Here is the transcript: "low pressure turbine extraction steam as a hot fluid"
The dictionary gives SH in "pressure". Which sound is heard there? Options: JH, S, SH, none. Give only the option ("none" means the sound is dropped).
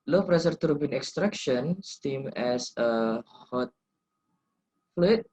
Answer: S